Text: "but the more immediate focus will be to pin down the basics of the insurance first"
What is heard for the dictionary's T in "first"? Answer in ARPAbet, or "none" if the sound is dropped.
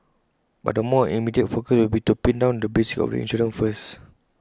none